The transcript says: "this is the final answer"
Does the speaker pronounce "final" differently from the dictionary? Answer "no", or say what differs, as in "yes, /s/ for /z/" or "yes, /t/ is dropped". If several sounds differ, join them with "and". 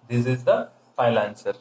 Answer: yes, /n/ is dropped